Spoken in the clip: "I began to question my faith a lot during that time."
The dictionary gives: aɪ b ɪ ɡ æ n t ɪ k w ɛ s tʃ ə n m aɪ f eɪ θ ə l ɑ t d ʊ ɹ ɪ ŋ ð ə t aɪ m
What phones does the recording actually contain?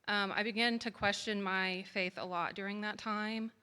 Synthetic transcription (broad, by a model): aɪ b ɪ ɡ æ n t ɪ k w ɛ s tʃ ə n m aɪ f eɪ θ ə l ɑ t d ʊ ɹ ɪ ŋ ð ə t aɪ m